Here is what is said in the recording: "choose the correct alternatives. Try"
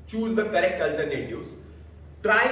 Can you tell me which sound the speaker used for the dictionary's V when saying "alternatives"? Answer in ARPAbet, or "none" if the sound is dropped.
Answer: none